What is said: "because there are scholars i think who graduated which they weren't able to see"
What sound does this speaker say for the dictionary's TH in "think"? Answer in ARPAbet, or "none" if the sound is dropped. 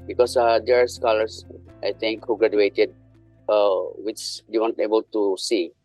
T